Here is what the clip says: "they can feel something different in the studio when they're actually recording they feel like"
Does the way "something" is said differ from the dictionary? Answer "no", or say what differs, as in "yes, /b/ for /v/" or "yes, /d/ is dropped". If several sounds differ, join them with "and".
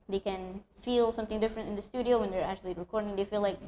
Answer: no